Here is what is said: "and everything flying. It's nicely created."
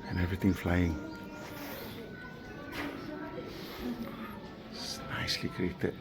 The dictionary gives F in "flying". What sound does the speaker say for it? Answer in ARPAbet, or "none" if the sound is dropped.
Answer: F